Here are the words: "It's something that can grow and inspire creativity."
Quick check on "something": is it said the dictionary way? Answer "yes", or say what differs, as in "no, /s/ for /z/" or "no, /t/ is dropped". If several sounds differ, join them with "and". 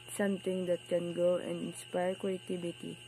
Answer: no, /t/ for /θ/